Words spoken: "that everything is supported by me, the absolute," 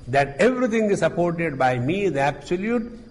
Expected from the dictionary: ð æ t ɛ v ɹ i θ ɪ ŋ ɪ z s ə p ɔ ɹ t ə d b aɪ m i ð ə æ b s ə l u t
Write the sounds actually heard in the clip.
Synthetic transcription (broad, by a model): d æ t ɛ v ɹ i t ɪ ŋ ɪ z s ə p ɔ ɹ t ə d b aɪ m i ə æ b s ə l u t